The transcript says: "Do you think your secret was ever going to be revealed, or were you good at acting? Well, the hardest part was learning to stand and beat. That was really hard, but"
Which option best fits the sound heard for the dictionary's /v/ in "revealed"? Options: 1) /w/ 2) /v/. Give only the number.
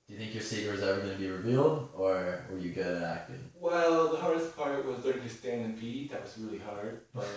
2